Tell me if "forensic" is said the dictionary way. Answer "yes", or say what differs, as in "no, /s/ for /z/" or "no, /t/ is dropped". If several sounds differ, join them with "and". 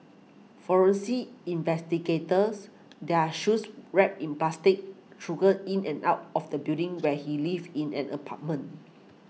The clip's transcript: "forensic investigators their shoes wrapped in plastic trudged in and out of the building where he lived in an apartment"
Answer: no, /k/ is dropped